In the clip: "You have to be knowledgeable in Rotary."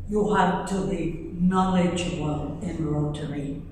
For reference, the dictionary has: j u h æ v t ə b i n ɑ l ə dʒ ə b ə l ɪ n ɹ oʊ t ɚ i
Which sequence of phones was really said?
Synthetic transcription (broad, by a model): j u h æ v t ə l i n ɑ l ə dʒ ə ə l ɪ n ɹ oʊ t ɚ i